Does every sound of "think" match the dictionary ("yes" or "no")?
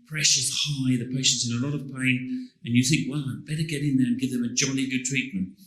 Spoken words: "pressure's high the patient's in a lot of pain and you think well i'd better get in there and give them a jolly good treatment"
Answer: yes